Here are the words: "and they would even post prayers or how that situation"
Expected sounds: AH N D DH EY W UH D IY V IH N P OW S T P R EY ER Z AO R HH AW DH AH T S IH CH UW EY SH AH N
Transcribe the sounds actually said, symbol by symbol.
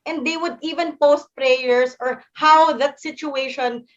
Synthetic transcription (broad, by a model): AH N D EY W UH D IY V IH N P OW S T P R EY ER S AO R HH AW DH AH T S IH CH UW EY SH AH N